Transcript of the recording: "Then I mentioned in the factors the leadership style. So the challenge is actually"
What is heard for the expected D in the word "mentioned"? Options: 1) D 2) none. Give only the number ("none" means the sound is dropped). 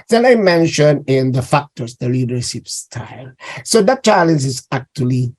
2